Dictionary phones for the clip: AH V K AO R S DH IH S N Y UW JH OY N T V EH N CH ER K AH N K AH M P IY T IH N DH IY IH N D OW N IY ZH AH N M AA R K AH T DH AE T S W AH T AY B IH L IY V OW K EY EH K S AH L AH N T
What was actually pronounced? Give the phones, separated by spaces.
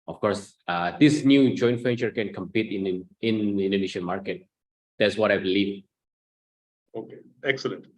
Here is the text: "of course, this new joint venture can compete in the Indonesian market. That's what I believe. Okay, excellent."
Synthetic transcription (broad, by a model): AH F K AO R S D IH S N Y UW JH OY N T F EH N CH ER K AH N K AH M P IY T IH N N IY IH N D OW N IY SH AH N M AA R K AH T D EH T S W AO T AY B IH L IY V OW K EY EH K S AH L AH N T